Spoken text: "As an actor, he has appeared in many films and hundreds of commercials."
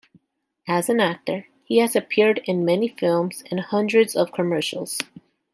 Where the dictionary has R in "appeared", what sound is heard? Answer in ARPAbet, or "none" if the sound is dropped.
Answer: R